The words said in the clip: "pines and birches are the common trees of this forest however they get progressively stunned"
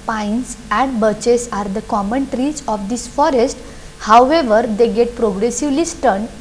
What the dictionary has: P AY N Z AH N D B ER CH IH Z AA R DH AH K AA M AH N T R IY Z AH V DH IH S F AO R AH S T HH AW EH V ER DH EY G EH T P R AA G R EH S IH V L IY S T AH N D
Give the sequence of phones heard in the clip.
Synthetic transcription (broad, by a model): P AY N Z AH N D B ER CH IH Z AA R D AH K AA M AH N T R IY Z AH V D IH S F AO R AH S T HH AW EH V ER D EY G EH T P R AA G R EH S IH V L IY S T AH N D